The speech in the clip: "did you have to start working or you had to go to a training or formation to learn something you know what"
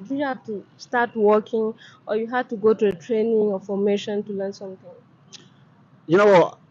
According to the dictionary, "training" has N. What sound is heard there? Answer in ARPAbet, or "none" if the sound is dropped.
N